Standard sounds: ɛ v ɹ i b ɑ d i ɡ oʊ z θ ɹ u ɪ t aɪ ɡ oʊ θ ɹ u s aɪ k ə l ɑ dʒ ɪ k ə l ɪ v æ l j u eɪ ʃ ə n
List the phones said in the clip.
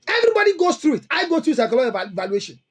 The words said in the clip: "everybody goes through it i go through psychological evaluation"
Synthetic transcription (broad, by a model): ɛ v ɹ i b ɑ d i ɡ oʊ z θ ɹ u ɪ t aɪ ɡ oʊ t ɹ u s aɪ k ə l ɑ ɪ ə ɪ v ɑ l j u eɪ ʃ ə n